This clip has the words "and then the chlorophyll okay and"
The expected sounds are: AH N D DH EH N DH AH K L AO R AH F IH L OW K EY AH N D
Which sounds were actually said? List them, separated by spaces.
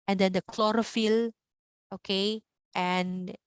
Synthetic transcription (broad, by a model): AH N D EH N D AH K L AO R AH F IH L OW K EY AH N